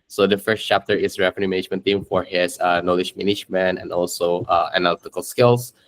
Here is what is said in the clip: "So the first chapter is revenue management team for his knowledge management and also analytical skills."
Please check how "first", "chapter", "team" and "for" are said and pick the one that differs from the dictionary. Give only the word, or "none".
none